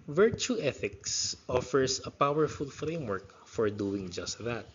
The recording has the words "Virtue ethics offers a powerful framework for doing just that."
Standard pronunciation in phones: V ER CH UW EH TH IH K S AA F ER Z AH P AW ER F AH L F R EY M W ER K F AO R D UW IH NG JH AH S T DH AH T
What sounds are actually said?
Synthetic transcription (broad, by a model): V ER CH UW EH TH IH K S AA F ER S AH P AW ER F AH L F R EY M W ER K F AO R D UW IH NG JH AH S T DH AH T